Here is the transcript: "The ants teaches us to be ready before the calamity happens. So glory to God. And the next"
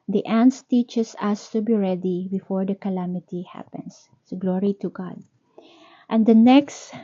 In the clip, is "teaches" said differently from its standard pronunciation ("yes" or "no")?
yes